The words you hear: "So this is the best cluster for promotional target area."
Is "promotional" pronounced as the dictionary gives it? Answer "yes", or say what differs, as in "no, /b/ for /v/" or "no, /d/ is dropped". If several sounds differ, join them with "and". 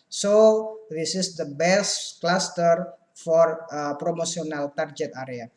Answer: no, /s/ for /ʃ/